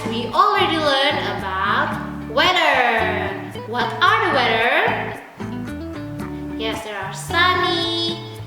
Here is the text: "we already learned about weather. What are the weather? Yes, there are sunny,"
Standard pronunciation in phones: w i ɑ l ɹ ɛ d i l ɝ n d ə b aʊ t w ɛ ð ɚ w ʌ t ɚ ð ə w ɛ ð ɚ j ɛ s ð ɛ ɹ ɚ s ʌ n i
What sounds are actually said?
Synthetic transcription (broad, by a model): w i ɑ l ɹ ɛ d i l ɝ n ə b aʊ t w ɛ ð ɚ w ʌ t ɚ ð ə w ɛ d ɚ j ɛ s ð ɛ ɹ ɚ s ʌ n i